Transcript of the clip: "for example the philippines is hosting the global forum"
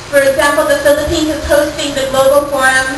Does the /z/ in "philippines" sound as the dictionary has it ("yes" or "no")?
no